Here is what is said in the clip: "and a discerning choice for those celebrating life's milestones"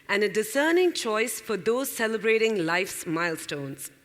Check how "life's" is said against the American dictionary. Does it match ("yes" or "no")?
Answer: yes